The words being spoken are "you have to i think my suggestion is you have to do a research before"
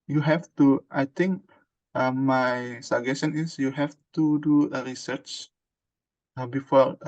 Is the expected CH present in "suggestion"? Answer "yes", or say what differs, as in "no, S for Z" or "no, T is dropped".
no, CH is dropped